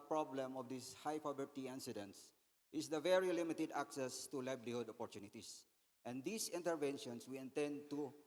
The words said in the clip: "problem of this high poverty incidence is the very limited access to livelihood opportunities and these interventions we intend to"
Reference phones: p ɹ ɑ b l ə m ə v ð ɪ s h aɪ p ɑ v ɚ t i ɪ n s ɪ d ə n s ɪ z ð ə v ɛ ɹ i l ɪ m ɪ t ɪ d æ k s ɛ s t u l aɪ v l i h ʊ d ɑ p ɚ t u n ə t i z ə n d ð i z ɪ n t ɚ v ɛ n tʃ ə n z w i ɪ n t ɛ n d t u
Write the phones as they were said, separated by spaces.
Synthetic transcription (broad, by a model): p ɹ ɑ b l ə m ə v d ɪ s h aɪ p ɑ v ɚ t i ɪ n s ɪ d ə n s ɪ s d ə v ɛ ɹ i l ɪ m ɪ t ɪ d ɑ k s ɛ s t u l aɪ b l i h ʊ d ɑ p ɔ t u n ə t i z ə n d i s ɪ n t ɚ v ɛ n ʃ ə n s w i ɪ n t ɛ n d t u